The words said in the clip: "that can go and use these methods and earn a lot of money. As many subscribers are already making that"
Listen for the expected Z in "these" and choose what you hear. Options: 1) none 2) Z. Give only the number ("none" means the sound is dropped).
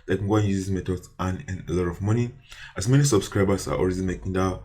1